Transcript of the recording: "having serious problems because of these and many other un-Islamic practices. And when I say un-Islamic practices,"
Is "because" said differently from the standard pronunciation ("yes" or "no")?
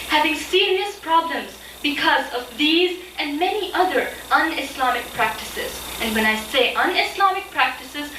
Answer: no